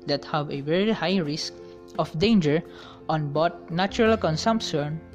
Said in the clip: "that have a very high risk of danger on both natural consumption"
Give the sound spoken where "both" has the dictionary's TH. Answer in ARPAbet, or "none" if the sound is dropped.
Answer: T